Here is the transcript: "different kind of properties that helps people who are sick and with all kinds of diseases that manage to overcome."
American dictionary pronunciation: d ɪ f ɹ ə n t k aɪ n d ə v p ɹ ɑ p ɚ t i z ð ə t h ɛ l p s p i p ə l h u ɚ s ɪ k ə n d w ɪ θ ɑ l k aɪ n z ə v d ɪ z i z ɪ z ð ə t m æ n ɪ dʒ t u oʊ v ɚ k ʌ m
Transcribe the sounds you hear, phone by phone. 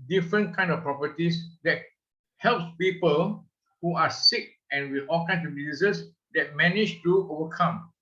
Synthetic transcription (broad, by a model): d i f ɹ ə n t k aɪ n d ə f p ɹ ɑ p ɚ t i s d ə t h ɛ l p s p i p ə l h u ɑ s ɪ k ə n w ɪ ɑ l k aɪ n s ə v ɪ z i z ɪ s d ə t m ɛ n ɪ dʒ t u oʊ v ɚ k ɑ m